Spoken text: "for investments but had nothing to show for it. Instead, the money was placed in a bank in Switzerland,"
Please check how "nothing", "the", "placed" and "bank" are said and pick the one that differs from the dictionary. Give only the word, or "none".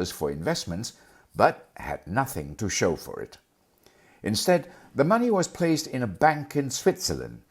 none